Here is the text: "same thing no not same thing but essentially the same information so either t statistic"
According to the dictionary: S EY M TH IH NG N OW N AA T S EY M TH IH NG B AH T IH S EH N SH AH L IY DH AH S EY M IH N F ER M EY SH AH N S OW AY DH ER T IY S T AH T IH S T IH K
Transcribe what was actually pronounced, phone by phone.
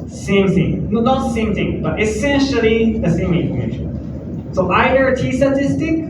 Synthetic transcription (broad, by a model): S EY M TH IH NG N OW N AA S S EY M TH IH NG B AH T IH S EH N SH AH L IY DH AH S EY M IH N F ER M EY SH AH N S OW AY ER T IY S T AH T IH S T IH K